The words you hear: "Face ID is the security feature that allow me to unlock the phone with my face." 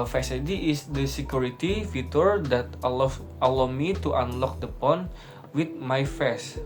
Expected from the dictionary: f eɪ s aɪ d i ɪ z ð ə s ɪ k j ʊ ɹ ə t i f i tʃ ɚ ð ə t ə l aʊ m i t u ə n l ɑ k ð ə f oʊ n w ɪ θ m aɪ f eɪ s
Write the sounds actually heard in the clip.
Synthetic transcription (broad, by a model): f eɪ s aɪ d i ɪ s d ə s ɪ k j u ɹ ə t i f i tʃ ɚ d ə t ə l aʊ m i t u ə n l ɑ k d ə p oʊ n w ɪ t m aɪ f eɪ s